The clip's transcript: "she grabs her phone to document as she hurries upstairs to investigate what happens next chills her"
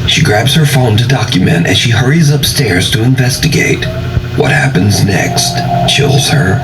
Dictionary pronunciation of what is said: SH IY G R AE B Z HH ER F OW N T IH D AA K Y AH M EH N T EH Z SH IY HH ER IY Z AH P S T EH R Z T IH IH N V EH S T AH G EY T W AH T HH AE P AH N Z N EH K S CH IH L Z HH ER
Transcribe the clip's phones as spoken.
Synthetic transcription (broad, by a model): SH IY G R AE B Z HH ER F OW N T IH D AA K Y AH M EH N T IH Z SH IY HH ER IY Z AH P S T EH R Z T IH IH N V EH S T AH G EY T W AH T HH AE P AH N Z N EH K S CH IH L Z HH ER